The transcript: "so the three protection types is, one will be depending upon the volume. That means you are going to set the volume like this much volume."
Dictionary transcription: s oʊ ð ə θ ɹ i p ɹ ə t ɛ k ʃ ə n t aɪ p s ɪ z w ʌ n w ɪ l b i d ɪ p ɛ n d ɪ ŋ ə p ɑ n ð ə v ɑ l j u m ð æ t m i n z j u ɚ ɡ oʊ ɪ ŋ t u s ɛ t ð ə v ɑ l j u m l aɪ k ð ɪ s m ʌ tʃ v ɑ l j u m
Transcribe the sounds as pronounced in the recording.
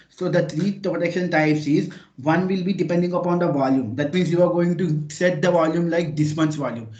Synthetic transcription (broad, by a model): s oʊ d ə t ɹ i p ɹ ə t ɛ k ʃ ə n t aɪ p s ɪ z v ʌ n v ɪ l b i d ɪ p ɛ n d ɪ ŋ ə p ɑ n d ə v ɑ l j u m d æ t m i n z j u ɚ ɡ oʊ ɪ ŋ t u s ɛ t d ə v ɑ l j u m l aɪ k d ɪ s m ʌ s v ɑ l j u m